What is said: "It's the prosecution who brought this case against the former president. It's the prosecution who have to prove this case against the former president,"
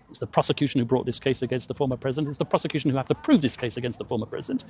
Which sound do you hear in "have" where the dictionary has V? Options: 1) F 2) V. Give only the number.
1